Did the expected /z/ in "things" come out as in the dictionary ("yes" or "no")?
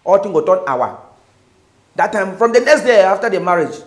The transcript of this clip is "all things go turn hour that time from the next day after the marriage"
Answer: no